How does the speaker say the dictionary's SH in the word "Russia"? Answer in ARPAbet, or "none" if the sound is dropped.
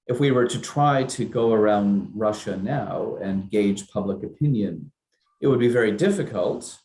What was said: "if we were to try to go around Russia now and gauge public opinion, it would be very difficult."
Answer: SH